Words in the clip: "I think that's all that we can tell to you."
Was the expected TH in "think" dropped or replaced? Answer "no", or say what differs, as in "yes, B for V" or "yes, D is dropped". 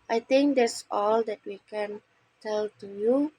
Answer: yes, T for TH